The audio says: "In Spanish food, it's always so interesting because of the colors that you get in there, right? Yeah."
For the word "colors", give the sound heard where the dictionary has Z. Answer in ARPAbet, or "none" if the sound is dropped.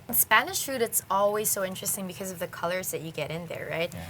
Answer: Z